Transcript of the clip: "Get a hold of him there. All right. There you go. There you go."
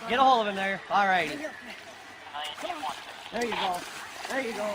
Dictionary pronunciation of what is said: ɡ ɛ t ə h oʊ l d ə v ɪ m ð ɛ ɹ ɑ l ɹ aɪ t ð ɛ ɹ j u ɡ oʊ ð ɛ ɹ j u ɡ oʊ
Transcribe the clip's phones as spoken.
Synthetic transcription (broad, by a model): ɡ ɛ t ə h oʊ l ə v ɪ m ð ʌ ɹ ɑ l ɹ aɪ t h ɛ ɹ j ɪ ɡ oʊ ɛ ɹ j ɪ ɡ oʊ